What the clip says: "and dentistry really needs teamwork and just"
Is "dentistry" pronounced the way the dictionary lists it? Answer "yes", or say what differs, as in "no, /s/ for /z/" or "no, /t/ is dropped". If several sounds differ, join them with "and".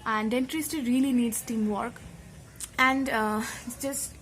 no, /ɹ/ is dropped